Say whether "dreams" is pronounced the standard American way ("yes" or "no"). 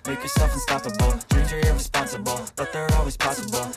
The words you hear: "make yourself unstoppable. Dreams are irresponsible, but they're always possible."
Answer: no